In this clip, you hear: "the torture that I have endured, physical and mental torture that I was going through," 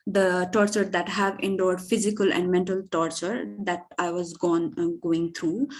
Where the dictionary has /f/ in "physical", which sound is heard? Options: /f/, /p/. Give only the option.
/f/